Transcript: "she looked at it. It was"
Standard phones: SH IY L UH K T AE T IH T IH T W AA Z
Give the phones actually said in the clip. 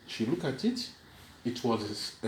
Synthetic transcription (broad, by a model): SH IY L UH K AE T IH T IH T W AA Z